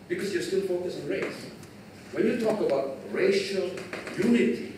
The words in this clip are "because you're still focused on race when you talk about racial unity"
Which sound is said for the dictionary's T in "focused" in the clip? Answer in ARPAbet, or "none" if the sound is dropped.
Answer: none